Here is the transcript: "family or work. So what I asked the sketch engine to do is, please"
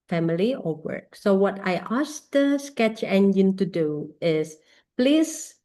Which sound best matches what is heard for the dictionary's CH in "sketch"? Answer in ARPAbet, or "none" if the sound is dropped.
CH